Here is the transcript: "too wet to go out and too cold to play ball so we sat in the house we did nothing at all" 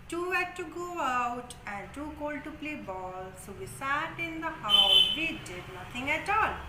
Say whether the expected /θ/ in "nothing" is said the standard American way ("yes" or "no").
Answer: no